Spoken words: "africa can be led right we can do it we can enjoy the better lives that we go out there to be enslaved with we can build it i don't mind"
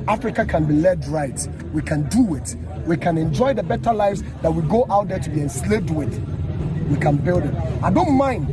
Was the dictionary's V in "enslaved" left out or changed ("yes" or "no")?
yes